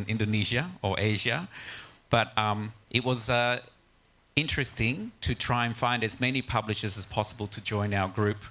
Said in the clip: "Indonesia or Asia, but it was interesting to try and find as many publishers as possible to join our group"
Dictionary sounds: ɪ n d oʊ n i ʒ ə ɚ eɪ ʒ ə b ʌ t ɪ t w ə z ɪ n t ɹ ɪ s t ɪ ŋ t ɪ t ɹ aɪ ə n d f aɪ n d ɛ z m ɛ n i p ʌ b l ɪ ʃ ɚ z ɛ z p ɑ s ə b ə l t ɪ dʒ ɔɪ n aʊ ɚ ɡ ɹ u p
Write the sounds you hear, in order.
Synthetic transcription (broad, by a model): ɪ n d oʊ n i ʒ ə ɚ eɪ ʒ ə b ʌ t ɪ t w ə z ɪ n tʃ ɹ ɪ s t ɪ ŋ t ɪ t ɹ aɪ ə n f aɪ n d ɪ z m ɛ n i p ʌ b l ɪ ʃ ɚ z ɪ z p ɑ s ə b ə l t ɪ dʒ ɔɪ n aʊ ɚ ɡ ɹ u p